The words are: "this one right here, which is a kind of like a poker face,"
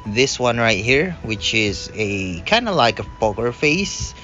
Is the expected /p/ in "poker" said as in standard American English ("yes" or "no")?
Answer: no